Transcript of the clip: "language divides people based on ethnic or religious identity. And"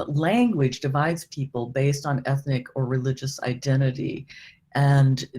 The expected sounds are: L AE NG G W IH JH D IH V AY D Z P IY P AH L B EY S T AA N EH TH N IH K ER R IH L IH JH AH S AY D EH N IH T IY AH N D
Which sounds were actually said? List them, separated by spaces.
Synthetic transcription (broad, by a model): L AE NG G W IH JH D IH V AY D Z P IY P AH L B EY S T N EH TH N IH K ER R IH L IH JH AH S AY D EH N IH T IY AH N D